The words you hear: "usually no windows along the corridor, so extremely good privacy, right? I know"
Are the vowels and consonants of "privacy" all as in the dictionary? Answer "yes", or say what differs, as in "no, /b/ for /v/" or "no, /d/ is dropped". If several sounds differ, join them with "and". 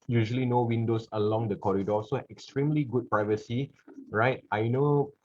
yes